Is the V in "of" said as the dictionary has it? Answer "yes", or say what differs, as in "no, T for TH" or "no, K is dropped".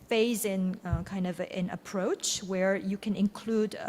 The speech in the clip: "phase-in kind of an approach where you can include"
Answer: yes